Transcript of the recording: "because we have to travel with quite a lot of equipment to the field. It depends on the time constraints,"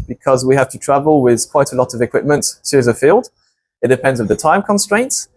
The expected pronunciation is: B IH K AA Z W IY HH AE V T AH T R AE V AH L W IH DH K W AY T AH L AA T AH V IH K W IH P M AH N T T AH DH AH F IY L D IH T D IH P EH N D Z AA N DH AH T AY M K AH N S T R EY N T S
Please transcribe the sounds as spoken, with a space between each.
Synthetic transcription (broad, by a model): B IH K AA Z W IY HH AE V T AH T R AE V AH L W IH DH K W AY T AH L AA T AH V IH K W IH P M AH N T S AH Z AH F IY L D IH T D IH P EH N D Z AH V DH AH T AY M K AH N S T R EY N T S